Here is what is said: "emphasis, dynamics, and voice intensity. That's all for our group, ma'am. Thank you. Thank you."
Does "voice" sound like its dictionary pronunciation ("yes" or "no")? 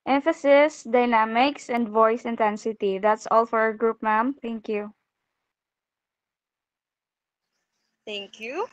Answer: yes